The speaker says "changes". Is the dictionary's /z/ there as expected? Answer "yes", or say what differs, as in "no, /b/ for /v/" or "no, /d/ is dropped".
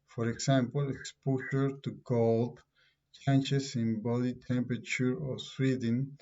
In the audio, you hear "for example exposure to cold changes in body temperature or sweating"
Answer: no, /s/ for /z/